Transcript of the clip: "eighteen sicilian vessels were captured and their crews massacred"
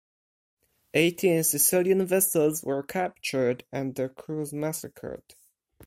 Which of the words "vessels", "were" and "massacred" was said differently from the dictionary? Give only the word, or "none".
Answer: none